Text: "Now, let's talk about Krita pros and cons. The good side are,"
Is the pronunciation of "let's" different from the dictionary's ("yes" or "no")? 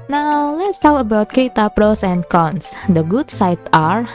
no